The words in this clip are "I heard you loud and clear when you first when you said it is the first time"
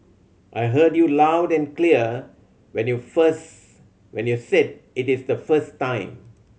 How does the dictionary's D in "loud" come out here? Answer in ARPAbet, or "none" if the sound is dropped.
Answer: D